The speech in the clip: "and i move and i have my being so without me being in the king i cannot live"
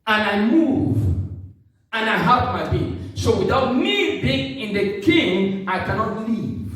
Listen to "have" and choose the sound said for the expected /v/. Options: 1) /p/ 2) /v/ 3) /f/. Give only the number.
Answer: 1